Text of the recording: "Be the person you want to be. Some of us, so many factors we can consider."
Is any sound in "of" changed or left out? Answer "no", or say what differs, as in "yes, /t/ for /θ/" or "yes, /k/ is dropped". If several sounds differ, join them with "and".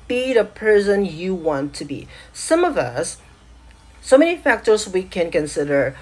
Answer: no